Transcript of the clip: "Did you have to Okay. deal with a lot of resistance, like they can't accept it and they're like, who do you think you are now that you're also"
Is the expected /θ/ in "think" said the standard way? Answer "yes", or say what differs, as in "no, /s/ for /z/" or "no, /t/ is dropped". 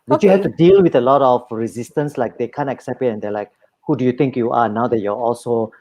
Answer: no, /t/ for /θ/